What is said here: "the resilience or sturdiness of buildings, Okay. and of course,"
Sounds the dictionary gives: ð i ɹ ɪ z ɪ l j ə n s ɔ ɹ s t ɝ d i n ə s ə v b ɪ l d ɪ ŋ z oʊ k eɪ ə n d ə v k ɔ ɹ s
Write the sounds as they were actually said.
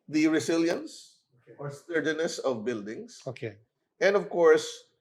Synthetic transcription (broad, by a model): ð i ɹ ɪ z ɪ l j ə n s ɔ ɹ s t ɝ d i n ə s ə v b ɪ l d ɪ ŋ s oʊ k eɪ ə n d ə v k ɔ ɹ s